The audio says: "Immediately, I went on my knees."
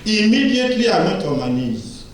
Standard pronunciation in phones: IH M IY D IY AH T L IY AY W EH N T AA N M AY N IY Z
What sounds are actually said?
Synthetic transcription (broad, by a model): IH M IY D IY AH T L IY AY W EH T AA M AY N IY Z